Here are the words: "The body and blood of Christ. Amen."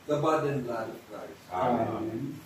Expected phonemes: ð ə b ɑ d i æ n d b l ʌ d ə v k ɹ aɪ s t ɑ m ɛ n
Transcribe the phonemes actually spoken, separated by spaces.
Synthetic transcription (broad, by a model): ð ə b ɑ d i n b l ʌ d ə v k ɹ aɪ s ɑ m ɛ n